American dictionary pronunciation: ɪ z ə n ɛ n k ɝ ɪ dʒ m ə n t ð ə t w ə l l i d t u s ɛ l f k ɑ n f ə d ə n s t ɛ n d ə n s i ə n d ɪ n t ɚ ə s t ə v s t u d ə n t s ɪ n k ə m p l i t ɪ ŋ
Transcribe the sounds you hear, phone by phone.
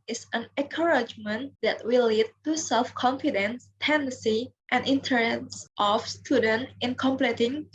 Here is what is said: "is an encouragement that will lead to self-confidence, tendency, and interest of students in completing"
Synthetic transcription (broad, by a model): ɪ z ə n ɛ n k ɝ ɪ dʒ m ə n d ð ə t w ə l l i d t u s ɛ l f k ɑ n f ə d ə n s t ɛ n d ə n s i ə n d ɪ n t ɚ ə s t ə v s t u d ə n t ɪ n k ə m p l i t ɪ ŋ